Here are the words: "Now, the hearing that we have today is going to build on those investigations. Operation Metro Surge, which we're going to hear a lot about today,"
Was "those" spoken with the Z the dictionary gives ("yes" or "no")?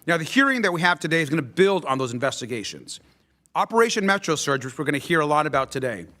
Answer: yes